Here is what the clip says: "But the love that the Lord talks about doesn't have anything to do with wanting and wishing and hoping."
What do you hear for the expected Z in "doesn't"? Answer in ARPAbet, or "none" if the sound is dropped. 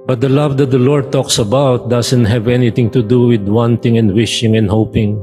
S